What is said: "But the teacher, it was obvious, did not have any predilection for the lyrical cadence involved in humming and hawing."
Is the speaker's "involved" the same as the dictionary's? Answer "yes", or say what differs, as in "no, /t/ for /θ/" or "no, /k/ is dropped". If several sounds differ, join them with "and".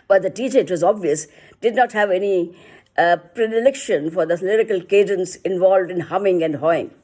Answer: yes